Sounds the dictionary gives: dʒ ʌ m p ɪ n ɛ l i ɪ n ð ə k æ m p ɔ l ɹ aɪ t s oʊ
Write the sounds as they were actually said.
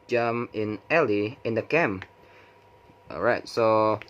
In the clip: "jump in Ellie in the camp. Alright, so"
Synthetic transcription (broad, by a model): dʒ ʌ m ɪ n ɛ l i ɪ n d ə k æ m ɔ ɹ aɪ t s oʊ